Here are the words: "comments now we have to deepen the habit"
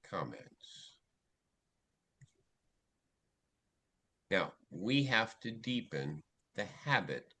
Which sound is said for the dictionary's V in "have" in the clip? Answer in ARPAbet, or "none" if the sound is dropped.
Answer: F